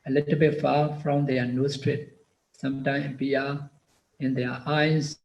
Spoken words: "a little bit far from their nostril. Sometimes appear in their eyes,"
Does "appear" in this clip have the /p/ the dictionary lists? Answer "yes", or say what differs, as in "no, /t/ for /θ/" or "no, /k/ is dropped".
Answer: no, /p/ is dropped